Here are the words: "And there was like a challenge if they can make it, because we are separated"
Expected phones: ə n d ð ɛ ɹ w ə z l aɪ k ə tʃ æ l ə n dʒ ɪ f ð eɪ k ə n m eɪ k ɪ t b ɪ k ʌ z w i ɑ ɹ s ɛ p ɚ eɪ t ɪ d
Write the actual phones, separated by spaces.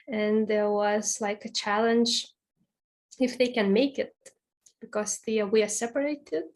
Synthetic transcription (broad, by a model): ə n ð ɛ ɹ w ə z l aɪ k ə tʃ æ l ə n dʒ ɪ f ð eɪ k ə n m eɪ k ɪ t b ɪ k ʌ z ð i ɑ w s ɛ p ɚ eɪ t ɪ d